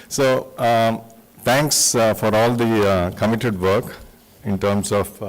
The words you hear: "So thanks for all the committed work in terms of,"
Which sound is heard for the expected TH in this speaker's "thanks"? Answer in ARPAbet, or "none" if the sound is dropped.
T